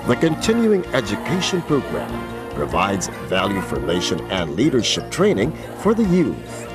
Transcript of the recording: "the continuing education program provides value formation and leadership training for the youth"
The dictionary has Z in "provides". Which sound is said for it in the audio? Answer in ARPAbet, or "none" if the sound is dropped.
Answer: Z